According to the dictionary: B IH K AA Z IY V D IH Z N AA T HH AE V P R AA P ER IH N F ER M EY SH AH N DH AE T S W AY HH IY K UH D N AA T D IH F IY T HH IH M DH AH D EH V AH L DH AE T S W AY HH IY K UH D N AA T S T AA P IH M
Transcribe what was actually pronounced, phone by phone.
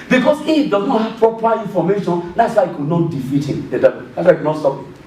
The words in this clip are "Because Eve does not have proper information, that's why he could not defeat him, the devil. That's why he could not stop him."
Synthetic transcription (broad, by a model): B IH K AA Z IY F D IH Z N AA T HH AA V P R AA P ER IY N F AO M EY SH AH N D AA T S W AY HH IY K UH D N AA T D IH F IY T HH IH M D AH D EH AH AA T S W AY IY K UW N AA T S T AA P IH